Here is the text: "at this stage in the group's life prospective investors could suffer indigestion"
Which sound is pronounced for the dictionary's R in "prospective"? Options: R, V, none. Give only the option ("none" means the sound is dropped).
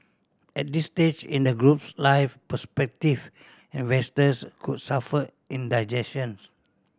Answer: none